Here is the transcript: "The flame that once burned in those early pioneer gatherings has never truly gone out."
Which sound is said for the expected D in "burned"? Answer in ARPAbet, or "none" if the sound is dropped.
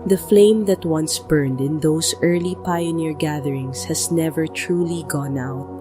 D